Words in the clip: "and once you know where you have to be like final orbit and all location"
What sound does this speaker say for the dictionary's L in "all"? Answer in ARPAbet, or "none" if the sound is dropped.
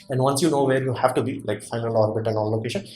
N